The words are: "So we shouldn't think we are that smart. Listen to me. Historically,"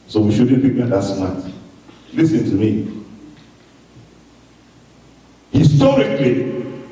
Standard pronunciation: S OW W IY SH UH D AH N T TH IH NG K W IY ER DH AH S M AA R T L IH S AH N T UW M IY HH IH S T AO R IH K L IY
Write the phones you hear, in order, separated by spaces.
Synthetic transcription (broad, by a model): S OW W IY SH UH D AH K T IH K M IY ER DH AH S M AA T L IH S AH N T UW M IY HH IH S T AO R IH K L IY